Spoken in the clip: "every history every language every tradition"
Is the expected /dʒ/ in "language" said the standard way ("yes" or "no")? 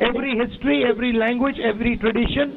yes